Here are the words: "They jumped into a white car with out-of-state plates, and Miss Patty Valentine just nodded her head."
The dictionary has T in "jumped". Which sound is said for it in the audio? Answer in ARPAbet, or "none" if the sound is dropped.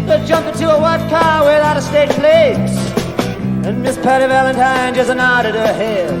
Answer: none